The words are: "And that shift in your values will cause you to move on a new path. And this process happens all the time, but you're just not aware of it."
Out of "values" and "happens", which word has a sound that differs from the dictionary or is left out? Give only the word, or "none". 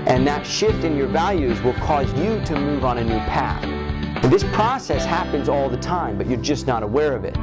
none